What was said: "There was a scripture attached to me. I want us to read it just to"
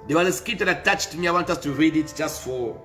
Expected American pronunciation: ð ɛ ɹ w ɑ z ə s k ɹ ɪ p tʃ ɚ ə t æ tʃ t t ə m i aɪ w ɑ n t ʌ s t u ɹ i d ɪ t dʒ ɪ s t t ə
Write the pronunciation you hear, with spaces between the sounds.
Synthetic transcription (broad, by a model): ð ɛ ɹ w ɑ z ə s k ɪ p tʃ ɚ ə t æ tʃ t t m i aɪ w ɑ n t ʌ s t u ɹ i d ɪ t dʒ ɪ s t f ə